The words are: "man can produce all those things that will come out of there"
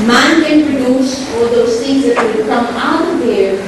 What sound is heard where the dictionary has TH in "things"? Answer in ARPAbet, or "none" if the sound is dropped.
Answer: T